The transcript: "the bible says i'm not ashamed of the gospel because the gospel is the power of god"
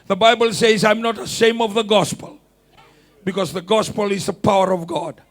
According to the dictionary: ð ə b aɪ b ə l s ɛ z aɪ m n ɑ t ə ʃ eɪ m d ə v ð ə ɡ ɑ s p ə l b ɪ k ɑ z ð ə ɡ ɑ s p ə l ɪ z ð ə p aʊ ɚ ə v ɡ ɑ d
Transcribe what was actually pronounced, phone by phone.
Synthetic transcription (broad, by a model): ð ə b aɪ b ə l s ɛ z aɪ m n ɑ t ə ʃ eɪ m ə v ð ə ɡ ɑ s p ə l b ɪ k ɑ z ð ə ɡ ɑ s p ə l ɪ z ð ə p aʊ ɚ ə v ɡ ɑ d